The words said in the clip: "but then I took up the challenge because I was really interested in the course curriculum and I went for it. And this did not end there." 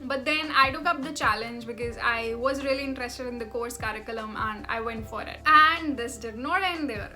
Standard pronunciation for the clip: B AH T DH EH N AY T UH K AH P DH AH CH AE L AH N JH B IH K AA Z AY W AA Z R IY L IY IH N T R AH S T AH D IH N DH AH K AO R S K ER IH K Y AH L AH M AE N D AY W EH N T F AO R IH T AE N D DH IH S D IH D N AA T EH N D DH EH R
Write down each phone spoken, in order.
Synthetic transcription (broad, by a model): B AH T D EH N AY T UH K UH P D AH CH AE L AH N JH B IH K AA Z AY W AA Z R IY L IY IH N T R AH S T AH D IH N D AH K AO R S K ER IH K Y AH L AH M AE N D AY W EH N T F AO R IH T AE N D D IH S D IH D N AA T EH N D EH R